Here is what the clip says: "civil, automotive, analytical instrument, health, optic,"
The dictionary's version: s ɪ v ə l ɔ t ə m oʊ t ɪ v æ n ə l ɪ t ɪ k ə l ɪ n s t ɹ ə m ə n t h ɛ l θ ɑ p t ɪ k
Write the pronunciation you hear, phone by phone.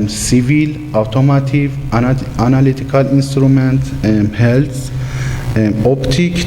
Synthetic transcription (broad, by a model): s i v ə l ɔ t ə m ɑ t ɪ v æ n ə l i t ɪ k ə l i n s t ɹ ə m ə n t h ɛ l s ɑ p t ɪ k